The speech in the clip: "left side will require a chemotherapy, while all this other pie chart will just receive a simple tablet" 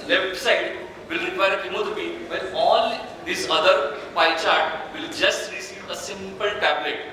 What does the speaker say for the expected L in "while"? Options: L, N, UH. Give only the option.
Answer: N